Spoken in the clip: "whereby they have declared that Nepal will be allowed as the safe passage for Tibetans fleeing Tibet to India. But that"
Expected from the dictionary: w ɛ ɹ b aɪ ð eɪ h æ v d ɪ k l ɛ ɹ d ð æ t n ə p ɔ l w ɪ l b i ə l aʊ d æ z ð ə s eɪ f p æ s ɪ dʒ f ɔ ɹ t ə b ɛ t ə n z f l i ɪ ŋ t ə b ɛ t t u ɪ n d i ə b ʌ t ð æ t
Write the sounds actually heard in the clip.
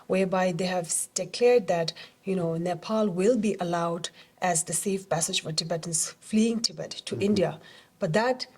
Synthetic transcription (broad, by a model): w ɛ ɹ b aɪ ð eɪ h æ v d ɪ k l ɛ ɹ d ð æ t n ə p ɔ l w ɪ l b i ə l aʊ d æ z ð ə s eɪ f p æ s ɪ dʒ f ɔ ɹ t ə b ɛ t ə n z f l i ɪ ŋ t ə b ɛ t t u ɪ n d i ə b ʌ t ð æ t